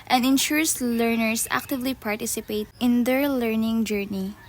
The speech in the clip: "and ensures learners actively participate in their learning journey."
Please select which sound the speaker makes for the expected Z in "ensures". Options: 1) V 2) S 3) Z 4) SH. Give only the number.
2